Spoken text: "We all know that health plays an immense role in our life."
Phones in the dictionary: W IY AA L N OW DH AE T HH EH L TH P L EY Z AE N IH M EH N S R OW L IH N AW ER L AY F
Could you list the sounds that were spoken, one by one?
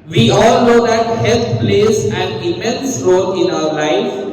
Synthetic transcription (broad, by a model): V IY AA L N OW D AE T HH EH L T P L EY S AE N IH M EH N S R OW L IH N AW ER L AY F